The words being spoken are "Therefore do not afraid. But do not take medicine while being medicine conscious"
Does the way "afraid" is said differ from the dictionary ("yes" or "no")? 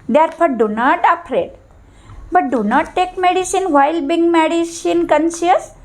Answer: yes